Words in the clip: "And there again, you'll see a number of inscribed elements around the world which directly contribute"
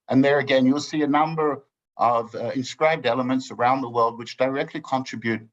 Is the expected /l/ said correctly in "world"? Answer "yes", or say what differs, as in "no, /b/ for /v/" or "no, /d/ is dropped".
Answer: yes